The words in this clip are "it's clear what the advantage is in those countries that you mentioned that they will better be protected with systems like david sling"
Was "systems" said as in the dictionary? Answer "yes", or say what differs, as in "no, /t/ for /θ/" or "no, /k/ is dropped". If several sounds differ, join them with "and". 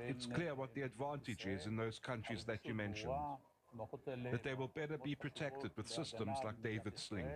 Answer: yes